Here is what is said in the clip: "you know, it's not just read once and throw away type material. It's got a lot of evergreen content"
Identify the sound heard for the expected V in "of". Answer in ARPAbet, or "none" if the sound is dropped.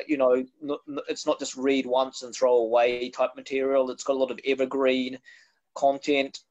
V